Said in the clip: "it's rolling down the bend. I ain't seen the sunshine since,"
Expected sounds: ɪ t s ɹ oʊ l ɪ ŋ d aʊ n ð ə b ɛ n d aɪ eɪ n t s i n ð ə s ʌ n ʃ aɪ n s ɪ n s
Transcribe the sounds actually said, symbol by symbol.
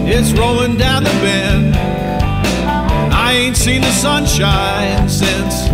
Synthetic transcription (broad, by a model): ɪ t s ɹ oʊ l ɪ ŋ d aʊ n ð ə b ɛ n aɪ eɪ n t s i n ð ə s ʌ n ʃ aɪ n s ɪ n s